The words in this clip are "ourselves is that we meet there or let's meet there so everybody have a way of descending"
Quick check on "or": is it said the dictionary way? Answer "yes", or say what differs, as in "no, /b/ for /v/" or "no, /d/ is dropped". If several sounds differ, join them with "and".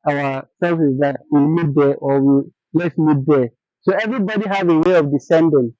no, /w/ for /ɹ/